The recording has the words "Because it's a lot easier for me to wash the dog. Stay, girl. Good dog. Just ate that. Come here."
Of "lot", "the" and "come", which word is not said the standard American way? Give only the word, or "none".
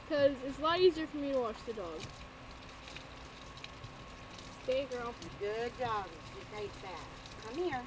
lot